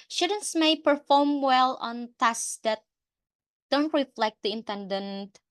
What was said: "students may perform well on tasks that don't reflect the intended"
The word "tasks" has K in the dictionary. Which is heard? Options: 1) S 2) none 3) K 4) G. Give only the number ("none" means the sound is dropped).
2